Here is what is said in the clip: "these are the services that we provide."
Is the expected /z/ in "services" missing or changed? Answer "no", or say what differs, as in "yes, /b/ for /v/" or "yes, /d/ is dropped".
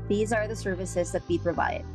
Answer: no